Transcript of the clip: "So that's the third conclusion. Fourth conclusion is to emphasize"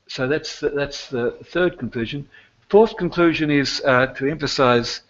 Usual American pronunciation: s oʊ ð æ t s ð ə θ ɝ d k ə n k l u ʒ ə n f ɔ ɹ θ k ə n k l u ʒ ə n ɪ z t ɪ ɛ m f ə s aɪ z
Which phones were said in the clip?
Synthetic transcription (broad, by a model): s oʊ ð æ t s ð ə θ ɝ d k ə n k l u ʒ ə n f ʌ ɹ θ k ə n k l u ʒ ə n ɪ z t ɪ ɛ m f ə s aɪ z